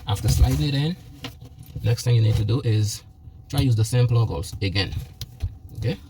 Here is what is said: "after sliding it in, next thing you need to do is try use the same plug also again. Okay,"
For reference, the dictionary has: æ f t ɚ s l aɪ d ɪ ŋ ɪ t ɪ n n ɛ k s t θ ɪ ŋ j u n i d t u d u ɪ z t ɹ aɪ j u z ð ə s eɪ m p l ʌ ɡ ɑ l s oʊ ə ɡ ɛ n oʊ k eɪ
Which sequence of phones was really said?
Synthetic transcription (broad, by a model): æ f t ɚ s l aɪ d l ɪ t ɪ n n ɛ k s t θ ɪ ŋ j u n i d t u d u ɪ z t ɹ aɪ j u z ð ə s eɪ m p l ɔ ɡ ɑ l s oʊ ə ɡ ɛ n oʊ k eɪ